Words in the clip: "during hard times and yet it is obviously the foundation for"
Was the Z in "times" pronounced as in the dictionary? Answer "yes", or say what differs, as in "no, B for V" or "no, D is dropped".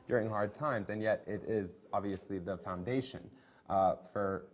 yes